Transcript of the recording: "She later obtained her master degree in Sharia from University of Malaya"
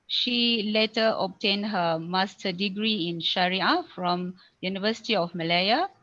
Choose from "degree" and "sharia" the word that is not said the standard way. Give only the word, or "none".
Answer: none